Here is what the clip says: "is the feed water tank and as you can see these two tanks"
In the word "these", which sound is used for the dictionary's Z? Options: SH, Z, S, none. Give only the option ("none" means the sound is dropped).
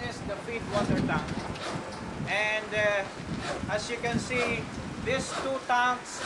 S